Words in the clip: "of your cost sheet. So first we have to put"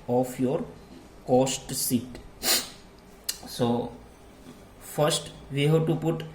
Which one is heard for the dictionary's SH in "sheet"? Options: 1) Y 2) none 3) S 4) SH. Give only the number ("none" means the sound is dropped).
3